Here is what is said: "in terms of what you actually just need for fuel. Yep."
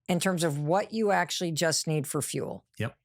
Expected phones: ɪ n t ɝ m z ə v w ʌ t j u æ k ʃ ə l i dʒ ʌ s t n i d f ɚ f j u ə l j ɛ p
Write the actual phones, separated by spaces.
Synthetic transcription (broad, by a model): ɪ n t ɝ m z ə v w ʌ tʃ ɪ æ k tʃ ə l i dʒ ʌ s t n i d f ɚ f j u l j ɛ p